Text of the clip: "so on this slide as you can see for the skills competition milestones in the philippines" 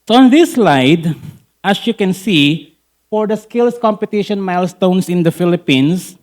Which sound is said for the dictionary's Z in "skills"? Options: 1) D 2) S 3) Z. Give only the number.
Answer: 2